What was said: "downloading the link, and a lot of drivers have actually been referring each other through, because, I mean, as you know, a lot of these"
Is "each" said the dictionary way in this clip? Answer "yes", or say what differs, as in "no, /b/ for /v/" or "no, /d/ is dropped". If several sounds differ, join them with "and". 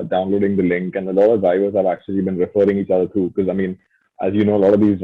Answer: yes